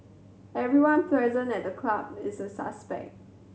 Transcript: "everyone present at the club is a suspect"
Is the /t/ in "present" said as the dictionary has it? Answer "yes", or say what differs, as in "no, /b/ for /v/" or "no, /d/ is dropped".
no, /t/ is dropped